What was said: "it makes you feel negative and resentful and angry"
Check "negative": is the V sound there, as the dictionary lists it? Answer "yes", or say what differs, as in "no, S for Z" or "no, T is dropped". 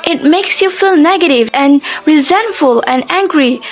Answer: yes